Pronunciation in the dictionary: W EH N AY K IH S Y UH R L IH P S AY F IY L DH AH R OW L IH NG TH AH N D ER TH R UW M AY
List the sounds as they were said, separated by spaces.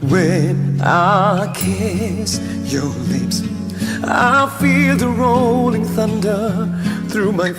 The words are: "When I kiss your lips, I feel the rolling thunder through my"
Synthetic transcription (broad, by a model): W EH N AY K IH S Y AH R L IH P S AY F IY L DH AH R OW L IH NG TH AH N D ER TH R UW M AY